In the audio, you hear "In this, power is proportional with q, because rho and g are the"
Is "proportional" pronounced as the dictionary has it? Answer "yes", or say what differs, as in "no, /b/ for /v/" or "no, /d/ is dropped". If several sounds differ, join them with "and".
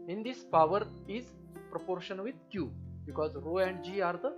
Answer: no, /n/ is dropped